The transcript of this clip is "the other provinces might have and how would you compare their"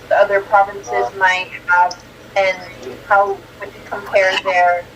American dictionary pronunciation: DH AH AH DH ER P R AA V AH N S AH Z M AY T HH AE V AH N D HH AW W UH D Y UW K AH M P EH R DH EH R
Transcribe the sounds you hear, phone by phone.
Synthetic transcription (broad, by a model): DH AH AH DH ER P R AA V AH N S AH Z M AY T HH AE V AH N HH AW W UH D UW K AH M P EH R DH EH R